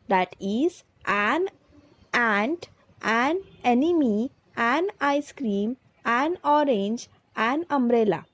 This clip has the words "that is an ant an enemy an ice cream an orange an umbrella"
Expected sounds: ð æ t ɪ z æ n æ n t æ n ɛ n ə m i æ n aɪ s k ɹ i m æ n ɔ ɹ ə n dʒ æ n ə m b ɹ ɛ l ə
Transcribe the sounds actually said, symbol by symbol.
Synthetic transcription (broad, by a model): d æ t ɪ z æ n æ n t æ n ɛ n ə m i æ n aɪ s k ɹ i m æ n ɔ ɹ ə n dʒ æ n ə m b ɹ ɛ l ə